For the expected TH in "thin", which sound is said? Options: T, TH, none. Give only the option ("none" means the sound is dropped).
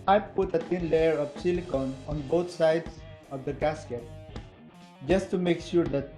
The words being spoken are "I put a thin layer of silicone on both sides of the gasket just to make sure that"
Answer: T